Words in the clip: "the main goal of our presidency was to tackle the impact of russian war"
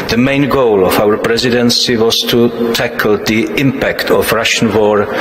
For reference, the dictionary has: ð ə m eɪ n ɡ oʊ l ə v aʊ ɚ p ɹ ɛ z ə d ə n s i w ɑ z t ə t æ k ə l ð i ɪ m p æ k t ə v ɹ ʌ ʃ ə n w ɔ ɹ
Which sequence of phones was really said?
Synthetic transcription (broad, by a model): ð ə m eɪ n ɡ oʊ l ə v aʊ ɚ p ɹ ɛ z ə d ə n s i w ɑ z t ə t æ k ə l ð i ɪ m p æ k t ə v ɹ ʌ ʃ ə n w ɔ ɹ